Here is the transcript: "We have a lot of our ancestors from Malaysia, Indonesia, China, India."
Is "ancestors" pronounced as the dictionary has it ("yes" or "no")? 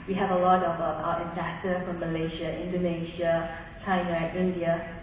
no